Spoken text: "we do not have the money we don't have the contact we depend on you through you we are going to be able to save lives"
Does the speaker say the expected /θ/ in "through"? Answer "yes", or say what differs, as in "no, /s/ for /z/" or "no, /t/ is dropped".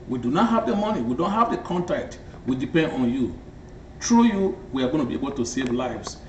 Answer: no, /t/ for /θ/